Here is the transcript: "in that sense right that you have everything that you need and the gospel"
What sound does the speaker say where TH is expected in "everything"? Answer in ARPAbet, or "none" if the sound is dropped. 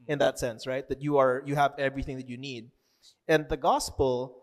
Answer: TH